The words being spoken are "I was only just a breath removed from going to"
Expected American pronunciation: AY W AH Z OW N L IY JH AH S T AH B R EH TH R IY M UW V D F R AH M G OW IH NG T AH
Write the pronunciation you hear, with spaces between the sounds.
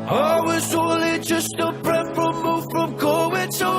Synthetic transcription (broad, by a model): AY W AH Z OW L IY JH AH S T AH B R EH F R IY M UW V F R AH M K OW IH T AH